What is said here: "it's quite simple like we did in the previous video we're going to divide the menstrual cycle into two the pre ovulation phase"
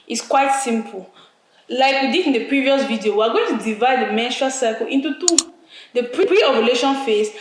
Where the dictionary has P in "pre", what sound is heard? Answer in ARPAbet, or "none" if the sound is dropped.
P